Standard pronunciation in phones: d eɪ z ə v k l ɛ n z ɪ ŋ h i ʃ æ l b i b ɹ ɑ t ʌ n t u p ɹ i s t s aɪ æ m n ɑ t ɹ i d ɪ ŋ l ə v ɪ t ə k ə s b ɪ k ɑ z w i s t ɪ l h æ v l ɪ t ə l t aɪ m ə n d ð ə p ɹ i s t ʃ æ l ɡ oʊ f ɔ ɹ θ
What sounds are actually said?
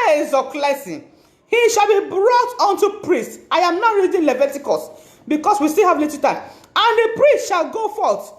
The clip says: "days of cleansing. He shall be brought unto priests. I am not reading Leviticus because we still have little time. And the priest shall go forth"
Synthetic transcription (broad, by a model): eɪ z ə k l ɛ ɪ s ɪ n h i ʃ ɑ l b i b ɹ ɑ t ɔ n t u p ɹ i s t aɪ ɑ m n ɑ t ɹ i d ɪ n l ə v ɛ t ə k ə s b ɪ k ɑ s w i s t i l h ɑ v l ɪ t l t aɪ m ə n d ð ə p ɹ i s t ʃ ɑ l ɡ oʊ f ɔ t